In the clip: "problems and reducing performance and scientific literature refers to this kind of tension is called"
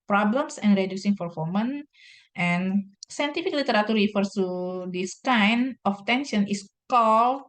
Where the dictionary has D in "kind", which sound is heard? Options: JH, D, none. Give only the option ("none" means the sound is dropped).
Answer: none